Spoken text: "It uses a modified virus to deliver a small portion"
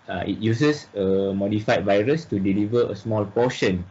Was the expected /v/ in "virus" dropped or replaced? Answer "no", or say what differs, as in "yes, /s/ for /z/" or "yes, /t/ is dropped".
no